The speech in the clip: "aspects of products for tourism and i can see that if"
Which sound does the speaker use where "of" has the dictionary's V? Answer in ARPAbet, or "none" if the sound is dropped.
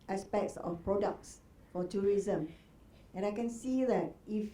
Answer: F